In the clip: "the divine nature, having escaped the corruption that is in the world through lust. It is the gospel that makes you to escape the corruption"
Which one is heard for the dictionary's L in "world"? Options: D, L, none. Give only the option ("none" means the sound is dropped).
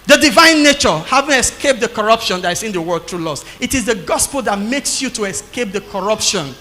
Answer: none